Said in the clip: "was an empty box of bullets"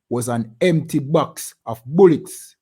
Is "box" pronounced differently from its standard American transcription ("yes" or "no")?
no